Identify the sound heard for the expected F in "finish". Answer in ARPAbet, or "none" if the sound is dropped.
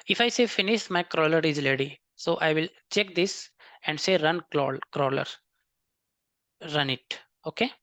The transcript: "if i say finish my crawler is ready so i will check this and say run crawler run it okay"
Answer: F